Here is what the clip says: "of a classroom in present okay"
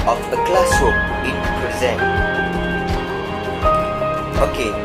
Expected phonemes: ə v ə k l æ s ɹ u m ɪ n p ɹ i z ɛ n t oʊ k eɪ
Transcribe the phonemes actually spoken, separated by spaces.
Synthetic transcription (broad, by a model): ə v ə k l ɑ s u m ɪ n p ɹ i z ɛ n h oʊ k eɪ